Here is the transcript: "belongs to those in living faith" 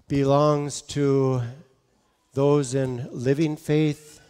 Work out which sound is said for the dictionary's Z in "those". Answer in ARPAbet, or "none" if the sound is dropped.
Z